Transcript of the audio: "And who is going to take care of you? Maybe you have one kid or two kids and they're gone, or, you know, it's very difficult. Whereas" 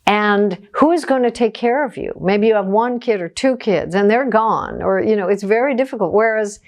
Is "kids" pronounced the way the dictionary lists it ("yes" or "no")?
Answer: yes